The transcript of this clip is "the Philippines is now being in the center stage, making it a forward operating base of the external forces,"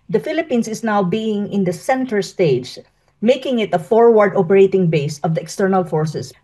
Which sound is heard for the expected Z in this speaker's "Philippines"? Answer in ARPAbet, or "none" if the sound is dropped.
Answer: S